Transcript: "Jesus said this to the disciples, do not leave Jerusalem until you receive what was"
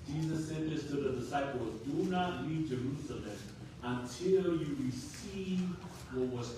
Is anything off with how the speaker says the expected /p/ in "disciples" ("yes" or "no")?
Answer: no